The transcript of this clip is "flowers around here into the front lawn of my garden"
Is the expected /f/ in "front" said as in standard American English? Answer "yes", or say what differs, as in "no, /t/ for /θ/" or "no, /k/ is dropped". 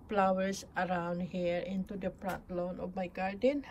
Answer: no, /p/ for /f/